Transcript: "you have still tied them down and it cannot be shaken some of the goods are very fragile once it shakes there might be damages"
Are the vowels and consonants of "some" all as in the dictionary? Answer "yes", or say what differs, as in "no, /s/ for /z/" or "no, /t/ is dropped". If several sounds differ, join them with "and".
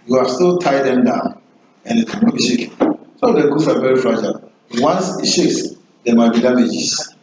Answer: no, /m/ is dropped